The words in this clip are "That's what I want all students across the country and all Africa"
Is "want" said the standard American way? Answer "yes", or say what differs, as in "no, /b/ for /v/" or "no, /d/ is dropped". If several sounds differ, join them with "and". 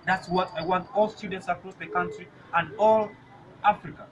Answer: yes